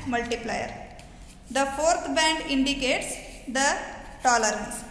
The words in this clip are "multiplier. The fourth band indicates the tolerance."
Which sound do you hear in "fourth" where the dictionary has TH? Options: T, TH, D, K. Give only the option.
T